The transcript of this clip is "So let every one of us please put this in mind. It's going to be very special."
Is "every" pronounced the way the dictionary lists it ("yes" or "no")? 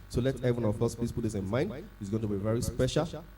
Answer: no